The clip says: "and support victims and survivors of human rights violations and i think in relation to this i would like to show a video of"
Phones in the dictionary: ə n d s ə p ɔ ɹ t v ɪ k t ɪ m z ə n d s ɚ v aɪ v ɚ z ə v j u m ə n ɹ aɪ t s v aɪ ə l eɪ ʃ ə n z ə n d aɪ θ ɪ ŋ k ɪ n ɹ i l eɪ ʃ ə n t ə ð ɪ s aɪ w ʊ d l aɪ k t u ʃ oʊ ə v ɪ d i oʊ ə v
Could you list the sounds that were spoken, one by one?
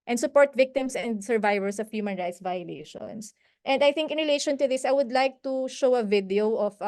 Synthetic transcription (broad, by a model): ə n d s ə p ɔ ɹ t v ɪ k t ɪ m s ə n d s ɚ v aɪ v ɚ s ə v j u m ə n ɹ aɪ t s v aɪ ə l eɪ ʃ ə n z ə n d aɪ θ ɪ ŋ k ɪ n ɹ i l eɪ ʃ ə n t ə ð ɪ s aɪ w ʊ d l aɪ k t u ʃ oʊ ə v ɪ d i oʊ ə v